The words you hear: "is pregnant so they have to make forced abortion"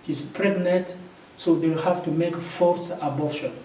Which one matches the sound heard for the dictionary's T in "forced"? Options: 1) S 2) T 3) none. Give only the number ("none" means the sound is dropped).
3